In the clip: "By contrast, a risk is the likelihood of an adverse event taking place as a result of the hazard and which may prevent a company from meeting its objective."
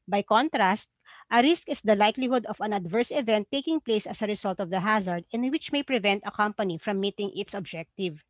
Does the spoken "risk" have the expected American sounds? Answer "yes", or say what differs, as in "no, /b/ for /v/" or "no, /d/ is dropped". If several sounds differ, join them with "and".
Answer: yes